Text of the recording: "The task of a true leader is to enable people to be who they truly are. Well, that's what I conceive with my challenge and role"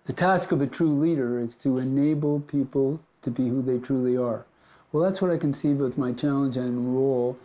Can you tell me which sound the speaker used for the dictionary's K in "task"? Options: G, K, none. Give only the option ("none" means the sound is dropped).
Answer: K